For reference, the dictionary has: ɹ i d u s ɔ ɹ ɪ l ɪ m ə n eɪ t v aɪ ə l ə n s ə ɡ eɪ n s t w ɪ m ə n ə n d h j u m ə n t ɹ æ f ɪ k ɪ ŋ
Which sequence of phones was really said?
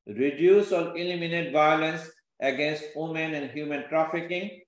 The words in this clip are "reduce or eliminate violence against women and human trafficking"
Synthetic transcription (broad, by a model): ɹ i d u s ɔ l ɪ l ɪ m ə n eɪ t v aɪ ə l ə n s ə ɡ eɪ n s t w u m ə n ə n d h j u m ə n t ɹ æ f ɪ k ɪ ŋ